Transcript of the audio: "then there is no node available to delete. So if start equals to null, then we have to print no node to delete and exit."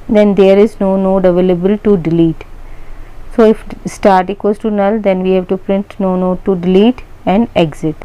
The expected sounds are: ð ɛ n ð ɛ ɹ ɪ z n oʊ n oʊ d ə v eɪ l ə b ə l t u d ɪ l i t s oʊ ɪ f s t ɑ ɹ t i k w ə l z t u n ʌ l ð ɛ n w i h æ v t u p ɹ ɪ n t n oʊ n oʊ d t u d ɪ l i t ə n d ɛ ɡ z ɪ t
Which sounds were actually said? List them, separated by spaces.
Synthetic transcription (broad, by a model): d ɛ n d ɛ ɹ ɪ z n oʊ n oʊ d ə v eɪ l ə b ə l t u d ɪ l i t s oʊ ɪ f s t ɑ ɹ t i k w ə z t u n ʌ l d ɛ n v i h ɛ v t u p ɹ ɪ n t n oʊ n oʊ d t u d ɪ l i t ə n d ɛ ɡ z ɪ t